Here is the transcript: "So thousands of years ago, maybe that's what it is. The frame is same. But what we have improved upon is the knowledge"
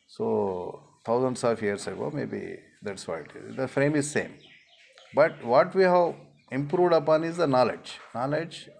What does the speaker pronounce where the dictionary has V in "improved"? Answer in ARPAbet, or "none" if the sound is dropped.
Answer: V